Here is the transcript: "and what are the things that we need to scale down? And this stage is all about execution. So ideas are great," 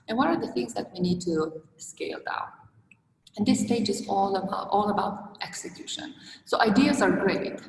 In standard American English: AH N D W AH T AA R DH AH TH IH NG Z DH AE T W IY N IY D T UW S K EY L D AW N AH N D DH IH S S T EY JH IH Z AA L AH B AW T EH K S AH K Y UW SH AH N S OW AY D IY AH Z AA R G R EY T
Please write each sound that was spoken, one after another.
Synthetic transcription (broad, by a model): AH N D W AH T AA R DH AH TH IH NG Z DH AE T W IY N IY D T UW S K EY L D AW AH N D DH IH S S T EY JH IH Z AA L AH B AW T EH K S AH K Y UW SH AH N S OW AY D IY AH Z AA R G R EY T